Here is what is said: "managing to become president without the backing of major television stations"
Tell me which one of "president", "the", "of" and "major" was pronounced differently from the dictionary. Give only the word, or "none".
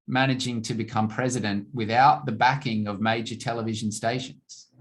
none